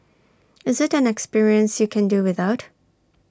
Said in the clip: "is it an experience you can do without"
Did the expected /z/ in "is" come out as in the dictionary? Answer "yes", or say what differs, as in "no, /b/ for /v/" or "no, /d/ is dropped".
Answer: yes